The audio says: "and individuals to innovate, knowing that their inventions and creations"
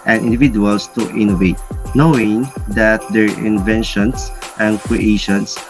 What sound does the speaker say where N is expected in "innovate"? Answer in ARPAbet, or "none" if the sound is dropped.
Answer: N